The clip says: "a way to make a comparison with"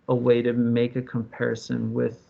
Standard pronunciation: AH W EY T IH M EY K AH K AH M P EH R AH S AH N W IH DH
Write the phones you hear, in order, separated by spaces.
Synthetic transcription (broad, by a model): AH W EY T IH M EY K AH K AH M P EH R AH S AH N W IH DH